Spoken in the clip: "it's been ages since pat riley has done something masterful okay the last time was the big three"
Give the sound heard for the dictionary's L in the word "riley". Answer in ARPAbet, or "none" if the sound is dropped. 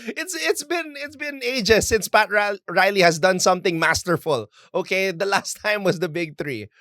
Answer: L